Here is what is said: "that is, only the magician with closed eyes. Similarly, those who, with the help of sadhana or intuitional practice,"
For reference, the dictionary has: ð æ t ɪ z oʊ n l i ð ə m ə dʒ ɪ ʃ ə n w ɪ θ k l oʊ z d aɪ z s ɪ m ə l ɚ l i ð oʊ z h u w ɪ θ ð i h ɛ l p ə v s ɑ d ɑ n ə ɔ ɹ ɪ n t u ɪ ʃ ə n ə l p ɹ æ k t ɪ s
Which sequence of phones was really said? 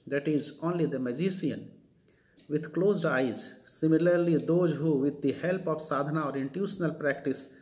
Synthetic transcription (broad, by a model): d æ t ɪ z oʊ n l i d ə m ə dʒ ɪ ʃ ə n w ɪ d k l oʊ z d aɪ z s ɪ m ə l ɚ l i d oʊ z h u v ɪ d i h ɛ l p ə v s ɑ d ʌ n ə ɔ ɹ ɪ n t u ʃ ə n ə l p ɹ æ k t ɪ s